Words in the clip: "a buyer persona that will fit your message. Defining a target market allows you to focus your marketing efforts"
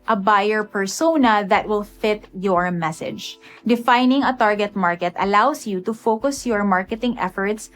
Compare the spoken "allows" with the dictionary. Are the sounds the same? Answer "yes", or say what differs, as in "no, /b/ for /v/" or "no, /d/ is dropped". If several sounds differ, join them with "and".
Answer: no, /s/ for /z/